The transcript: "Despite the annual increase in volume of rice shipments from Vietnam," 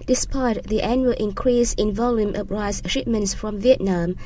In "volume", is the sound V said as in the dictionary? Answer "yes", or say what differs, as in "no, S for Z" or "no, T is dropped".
yes